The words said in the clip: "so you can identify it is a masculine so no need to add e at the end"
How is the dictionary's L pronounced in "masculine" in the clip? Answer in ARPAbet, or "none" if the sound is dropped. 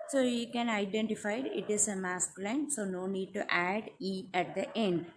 none